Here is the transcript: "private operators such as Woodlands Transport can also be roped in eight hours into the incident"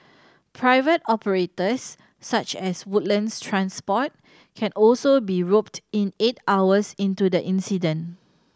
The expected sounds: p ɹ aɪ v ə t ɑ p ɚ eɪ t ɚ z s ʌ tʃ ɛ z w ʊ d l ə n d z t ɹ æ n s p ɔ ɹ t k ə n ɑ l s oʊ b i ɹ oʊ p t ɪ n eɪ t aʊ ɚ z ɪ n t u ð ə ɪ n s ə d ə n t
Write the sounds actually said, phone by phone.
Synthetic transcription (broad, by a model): p ɹ aɪ v ə t ɑ p ɚ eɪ t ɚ s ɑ tʃ ɛ s w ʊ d l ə n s t ɹ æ n s p ɔ t k ə n ɑ l s oʊ b i ɹ oʊ p t ɪ n eɪ t aʊ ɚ s ɪ n t u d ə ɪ n s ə d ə n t